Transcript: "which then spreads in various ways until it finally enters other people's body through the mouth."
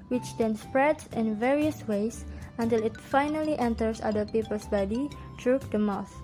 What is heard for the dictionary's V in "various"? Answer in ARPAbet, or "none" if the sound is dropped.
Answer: V